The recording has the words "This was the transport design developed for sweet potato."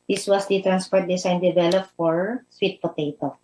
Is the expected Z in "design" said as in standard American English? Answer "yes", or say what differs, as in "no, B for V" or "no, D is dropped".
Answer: no, S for Z